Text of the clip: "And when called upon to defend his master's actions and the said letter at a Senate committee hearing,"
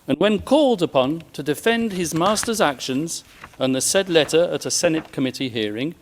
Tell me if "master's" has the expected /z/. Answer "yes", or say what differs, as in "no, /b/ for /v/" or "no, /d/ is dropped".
yes